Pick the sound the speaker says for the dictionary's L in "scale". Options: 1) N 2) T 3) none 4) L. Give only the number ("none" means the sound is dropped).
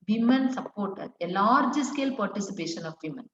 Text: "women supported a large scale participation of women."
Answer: 4